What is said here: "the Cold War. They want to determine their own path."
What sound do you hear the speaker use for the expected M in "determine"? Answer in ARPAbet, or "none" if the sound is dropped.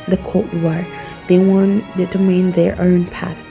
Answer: none